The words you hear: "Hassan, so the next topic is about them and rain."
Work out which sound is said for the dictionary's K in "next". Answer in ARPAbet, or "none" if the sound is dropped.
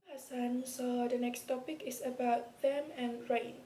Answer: K